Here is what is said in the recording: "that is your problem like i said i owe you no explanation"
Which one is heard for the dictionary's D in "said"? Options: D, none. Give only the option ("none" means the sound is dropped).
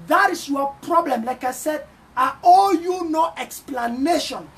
D